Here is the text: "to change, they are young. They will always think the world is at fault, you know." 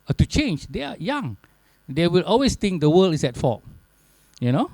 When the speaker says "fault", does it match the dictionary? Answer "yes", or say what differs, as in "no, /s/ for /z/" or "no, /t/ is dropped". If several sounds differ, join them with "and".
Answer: no, /l/ is dropped